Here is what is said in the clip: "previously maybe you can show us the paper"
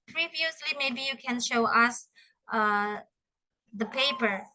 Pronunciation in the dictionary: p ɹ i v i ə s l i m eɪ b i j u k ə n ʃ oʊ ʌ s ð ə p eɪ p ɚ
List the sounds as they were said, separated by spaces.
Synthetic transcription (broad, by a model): p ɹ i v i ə s l i m eɪ b i j u k ə n ʃ oʊ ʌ s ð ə p eɪ p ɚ